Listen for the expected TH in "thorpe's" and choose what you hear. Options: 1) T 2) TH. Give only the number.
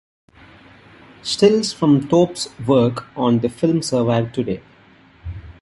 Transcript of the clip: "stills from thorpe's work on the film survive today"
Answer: 1